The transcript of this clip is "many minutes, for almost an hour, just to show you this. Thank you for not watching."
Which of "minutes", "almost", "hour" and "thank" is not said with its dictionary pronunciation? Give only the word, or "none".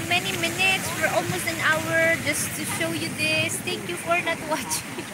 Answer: thank